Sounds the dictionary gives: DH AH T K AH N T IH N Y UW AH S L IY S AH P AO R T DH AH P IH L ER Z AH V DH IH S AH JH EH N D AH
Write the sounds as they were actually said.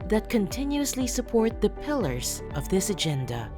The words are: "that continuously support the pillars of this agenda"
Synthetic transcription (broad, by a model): DH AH T K AH N T IH N Y UW AH S L IY S AH P AO R T DH AH P IH L ER Z AH V DH IH S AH JH EH N D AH